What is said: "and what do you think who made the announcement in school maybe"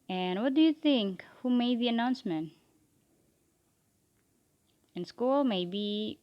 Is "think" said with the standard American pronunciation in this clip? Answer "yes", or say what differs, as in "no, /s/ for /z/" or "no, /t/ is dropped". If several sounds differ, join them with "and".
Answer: yes